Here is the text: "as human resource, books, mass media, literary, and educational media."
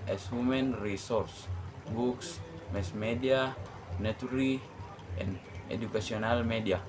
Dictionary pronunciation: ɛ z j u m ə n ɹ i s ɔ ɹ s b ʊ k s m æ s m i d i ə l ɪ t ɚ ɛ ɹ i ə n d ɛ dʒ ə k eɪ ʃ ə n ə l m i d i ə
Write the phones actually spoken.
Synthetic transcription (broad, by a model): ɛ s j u m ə n ɹ i s ɔ ɹ s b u k s m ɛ s m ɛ d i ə n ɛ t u ɹ i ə n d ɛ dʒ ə k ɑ s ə n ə l m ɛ d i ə